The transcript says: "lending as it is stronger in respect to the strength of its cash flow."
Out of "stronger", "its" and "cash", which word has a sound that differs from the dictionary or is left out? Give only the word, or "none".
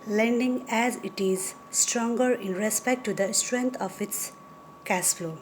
cash